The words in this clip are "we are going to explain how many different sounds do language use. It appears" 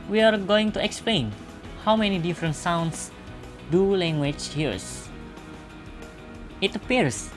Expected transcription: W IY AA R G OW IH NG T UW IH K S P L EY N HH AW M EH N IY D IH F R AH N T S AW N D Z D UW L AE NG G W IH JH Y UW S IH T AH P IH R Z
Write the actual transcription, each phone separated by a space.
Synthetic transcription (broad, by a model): W IY AA R G OW IH NG T UW IH K S P L EY N HH AW M EH N IY D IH F R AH N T S AW N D S D UW L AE NG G W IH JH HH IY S IH T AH P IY R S